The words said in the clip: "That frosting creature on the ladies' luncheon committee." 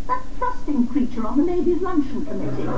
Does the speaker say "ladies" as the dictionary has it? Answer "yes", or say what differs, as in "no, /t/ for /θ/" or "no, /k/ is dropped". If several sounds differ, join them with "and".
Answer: no, /n/ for /l/